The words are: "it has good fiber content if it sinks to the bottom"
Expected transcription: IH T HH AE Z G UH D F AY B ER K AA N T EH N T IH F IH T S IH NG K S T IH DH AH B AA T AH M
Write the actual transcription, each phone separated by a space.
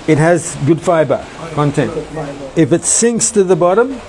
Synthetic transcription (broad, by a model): IH T HH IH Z G UH D F AY B ER K AA N T EH N T IH F IH T S IH NG K S T IH DH AH B AA T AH M